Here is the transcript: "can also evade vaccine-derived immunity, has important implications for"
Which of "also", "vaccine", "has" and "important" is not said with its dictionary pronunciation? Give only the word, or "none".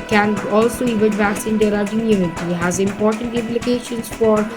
vaccine